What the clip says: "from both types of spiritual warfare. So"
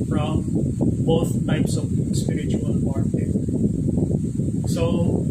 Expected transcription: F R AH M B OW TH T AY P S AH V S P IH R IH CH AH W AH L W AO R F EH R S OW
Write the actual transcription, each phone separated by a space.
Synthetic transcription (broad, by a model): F R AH M B OW TH T AY P S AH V S P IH R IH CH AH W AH L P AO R EH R S OW